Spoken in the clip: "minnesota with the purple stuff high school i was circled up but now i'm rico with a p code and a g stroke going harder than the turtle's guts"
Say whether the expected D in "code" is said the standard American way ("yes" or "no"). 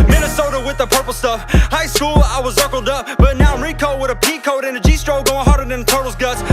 yes